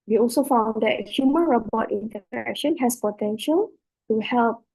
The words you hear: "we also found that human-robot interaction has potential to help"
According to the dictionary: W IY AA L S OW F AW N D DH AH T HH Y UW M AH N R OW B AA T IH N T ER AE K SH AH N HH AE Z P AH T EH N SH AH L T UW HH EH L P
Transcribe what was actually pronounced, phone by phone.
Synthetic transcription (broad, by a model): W IY AA L S OW F AW N D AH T HH Y UW M AH N R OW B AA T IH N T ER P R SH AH N HH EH S P AH T EH N SH AH L T UW HH EH L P